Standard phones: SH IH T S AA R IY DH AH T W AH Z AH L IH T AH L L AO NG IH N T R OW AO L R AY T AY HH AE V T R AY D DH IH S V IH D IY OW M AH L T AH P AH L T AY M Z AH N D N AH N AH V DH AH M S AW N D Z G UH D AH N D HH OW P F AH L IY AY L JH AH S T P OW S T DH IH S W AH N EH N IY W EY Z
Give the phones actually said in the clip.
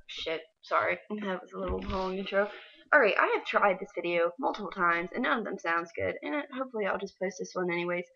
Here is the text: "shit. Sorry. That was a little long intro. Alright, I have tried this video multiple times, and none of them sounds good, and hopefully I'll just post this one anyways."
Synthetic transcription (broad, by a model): SH IH T S AA R IY DH AH T W AH Z AH L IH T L L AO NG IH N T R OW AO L R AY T AY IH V T R AY D DH IH S V IH D IY OW M AH L T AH P L T AY M Z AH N N AH N AH V DH AH M S AW N D Z G UH D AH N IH HH OW P F L IY AY L JH AH S P OW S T DH IH S W AH N EH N IY W EY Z